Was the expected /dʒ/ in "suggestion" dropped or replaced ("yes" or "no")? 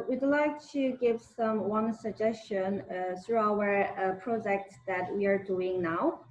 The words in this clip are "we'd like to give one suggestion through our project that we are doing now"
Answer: no